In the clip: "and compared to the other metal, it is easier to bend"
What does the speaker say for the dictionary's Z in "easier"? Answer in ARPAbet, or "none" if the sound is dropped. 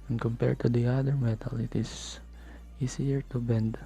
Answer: S